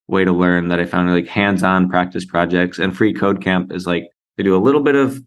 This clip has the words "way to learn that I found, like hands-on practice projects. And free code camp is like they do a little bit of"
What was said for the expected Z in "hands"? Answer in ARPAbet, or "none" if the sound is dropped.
Z